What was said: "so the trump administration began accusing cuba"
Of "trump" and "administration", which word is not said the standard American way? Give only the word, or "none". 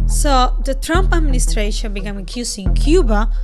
none